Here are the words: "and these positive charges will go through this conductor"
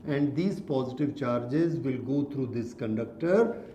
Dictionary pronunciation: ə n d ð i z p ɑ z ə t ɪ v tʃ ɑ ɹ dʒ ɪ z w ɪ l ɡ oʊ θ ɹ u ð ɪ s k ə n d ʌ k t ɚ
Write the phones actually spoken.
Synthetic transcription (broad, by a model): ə n d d i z p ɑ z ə t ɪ v tʃ ɑ ɹ dʒ ɪ z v ɪ l ɡ oʊ t ɹ u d ɪ s k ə n d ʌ k t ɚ